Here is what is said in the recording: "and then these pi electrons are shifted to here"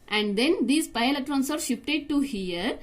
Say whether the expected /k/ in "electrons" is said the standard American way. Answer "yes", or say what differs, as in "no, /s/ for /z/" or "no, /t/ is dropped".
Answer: no, /k/ is dropped